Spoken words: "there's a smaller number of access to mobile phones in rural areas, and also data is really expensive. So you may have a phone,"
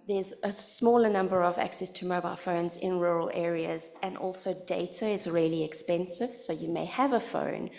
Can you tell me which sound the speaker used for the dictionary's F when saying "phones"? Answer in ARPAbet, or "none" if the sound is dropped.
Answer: F